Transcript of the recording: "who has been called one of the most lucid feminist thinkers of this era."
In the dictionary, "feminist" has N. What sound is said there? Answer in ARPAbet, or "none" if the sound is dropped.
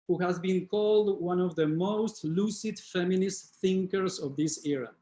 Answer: N